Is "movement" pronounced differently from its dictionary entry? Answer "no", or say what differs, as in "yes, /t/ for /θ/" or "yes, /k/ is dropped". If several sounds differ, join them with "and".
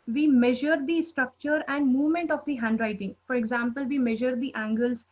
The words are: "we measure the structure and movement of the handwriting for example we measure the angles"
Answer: no